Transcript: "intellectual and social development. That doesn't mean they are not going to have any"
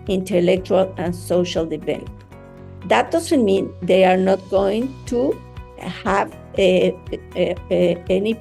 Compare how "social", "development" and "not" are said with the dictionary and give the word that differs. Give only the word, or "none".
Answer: development